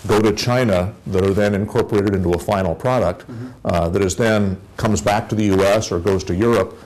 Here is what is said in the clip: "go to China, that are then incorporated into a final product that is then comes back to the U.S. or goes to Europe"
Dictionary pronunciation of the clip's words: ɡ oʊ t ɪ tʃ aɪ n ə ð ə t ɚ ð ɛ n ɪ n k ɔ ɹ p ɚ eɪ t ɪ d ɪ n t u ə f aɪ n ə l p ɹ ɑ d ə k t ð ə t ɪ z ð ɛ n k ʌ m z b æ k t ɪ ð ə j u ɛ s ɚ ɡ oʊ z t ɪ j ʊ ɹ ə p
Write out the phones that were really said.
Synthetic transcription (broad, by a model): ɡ oʊ t ɪ tʃ aɪ n ə ð ə t ɚ ð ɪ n ɪ n k ɔ ɹ p ɚ eɪ t ɪ d ɪ n t u ə f aɪ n l p ɹ ɑ d ə k t ð ə t ɪ z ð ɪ n k ʌ m z b æ k t ɪ ð ə j u ɛ s ɚ ɡ oʊ z t ɪ j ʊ ɹ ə p